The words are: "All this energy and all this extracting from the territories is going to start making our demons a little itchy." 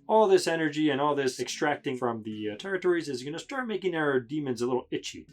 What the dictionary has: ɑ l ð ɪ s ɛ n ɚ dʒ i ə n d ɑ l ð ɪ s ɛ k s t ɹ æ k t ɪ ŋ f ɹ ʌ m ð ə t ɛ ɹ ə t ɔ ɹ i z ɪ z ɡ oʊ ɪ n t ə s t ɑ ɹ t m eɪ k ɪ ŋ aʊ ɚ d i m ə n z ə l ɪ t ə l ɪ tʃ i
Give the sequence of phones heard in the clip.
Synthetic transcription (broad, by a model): ɑ l ð ɪ s ɛ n ɚ dʒ i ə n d ɑ l ð ɪ s ɛ k s t ɹ æ k t ɪ ŋ f ɹ ʌ m ð ə t ɛ ɹ ə t ɔ ɹ i z ɪ z ɡ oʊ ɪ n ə s t ɑ ɹ t m eɪ k ɪ ŋ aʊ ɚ d i m ə n z ə l ɪ t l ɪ tʃ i